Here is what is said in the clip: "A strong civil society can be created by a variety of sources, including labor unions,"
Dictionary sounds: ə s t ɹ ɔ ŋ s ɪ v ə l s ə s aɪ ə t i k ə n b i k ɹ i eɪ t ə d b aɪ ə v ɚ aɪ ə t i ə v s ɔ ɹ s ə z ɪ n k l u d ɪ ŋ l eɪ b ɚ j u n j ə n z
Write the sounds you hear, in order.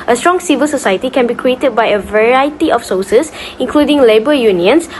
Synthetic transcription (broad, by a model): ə s t ɹ ɔ ŋ s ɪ v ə l s ə s aɪ ə t i k ə n b i k ɹ i eɪ t ə d b aɪ ə v ɚ aɪ ə t i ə f s ɔ s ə s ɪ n k l u d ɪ ŋ l eɪ b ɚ j u n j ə n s